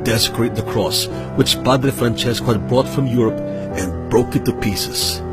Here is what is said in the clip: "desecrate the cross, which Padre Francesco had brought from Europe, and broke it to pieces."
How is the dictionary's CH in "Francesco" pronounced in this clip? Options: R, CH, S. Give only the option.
CH